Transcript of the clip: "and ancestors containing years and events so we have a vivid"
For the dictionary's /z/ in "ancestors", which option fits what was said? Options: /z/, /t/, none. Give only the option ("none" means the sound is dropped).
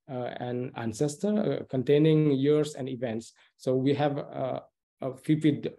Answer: none